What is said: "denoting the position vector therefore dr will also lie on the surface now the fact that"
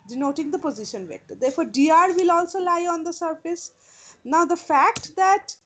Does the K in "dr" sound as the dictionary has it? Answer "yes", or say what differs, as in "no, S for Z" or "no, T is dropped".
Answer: no, K is dropped